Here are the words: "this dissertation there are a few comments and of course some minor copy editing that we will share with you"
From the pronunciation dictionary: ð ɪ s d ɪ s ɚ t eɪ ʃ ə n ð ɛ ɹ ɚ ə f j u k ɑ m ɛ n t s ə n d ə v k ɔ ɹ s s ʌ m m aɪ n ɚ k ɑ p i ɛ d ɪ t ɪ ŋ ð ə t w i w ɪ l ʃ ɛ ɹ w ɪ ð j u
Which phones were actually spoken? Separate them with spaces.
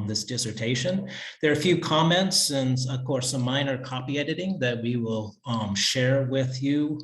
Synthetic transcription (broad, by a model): ð ɪ s d ɪ s ɚ t eɪ ʃ ə n ð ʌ ɹ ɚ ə f j u k ɑ m ɛ n t s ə n ə v k ɔ ɹ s s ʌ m m aɪ n ɚ k ɑ p i ɛ d ɪ t ɪ ŋ ð ə t w i w ɪ l ʃ ɛ ɹ w ɪ ð j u